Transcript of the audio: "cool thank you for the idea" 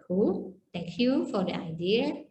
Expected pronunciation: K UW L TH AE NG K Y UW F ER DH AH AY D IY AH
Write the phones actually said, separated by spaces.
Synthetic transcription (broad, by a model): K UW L T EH NG K Y UW F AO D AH AY D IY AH